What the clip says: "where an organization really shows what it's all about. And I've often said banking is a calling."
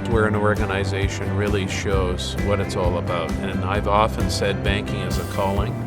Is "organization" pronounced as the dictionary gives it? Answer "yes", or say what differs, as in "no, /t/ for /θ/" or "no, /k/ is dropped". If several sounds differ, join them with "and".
yes